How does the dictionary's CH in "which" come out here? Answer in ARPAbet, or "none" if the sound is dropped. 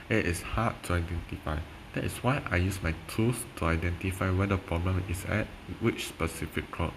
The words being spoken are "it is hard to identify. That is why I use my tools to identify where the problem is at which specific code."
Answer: CH